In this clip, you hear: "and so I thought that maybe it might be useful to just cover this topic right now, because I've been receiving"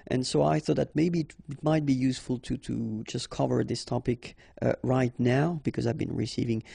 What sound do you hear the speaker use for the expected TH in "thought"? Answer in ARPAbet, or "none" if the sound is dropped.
TH